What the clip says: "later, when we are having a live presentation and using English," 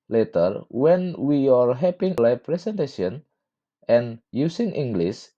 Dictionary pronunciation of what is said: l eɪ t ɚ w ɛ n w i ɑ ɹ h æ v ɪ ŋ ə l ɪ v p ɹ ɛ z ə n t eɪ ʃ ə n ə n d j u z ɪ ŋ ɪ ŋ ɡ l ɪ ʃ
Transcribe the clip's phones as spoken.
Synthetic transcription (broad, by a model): l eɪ t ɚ w ɛ n w i ɑ ɹ h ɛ p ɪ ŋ l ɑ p ɹ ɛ s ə n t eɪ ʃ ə n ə n j u s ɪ ŋ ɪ ŋ ɡ l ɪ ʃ